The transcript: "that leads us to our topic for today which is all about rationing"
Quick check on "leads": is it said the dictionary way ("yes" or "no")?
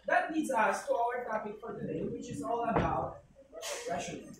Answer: no